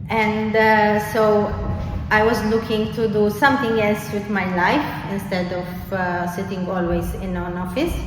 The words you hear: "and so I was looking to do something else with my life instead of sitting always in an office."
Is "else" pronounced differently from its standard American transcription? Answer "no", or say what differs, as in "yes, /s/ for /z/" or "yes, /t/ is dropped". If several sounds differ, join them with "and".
no